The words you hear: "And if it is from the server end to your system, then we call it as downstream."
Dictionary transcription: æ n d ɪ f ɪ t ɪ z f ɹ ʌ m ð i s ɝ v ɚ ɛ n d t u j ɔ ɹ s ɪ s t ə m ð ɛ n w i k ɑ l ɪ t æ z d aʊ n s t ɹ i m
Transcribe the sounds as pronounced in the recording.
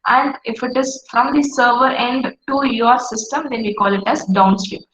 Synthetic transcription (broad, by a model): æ n d ɪ f ɪ t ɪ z f ɹ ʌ m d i s ɝ v ɚ ɛ n d t u j ɔ ɹ s ɪ s t ə m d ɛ n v i k ɑ l ɪ t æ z d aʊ n s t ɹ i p